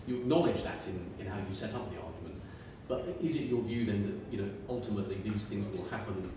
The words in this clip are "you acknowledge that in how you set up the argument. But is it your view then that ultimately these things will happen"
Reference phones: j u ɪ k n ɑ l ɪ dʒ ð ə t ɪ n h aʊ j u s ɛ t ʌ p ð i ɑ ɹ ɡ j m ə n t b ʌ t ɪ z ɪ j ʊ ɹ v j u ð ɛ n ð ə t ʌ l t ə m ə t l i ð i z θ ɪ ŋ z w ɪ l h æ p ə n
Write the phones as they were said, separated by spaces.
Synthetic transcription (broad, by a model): j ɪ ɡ n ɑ l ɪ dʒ ð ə t ɪ n h aʊ j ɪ s ɛ t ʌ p ð i ɑ ɹ ɡ j m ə n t b ʌ t ɪ z ɪ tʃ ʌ ɹ v j u ð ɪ n ð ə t ʌ l t ə m ə t l i ð i z θ ɪ ŋ z w ɪ l h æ p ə n